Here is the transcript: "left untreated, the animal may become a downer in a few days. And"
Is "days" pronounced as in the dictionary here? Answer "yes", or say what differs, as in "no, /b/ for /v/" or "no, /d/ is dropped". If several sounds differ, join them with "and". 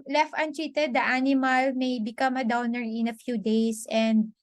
no, /s/ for /z/